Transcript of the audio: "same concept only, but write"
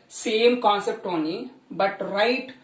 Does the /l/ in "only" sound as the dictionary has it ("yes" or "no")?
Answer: no